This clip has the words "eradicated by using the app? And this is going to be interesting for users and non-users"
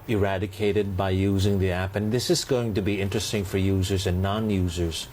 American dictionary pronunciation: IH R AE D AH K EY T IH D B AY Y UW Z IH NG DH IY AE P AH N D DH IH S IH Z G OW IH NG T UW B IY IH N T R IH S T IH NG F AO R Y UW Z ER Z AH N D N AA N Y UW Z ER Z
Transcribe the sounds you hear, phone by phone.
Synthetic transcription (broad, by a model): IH R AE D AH K EY T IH D B AY Y UW Z IH NG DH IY AE P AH N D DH IH S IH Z G OW IH NG T UW B IY IH N T R IH S T IH NG F AO R Y UW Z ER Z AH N N AA N Y UW Z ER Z